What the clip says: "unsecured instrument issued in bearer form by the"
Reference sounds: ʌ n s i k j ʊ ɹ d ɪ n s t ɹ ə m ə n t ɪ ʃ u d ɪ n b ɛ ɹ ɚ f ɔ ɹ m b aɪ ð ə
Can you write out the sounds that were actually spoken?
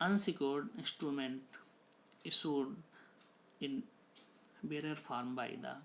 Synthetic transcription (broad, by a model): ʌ n s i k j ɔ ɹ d ɪ n s t ɹ ə m ə n t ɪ s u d ɪ n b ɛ ɹ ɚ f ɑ ɹ m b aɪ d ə